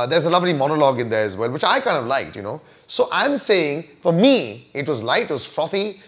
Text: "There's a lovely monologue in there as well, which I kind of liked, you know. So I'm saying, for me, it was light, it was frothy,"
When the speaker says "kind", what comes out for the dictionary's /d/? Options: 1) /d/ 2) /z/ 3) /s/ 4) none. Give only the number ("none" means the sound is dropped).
1